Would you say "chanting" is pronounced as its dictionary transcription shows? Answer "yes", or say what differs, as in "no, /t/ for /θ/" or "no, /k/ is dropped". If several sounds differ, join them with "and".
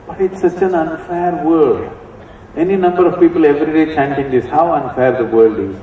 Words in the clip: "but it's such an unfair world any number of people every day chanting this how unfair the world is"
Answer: yes